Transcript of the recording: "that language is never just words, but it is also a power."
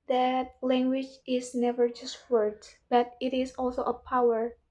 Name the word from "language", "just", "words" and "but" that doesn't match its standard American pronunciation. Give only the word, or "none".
words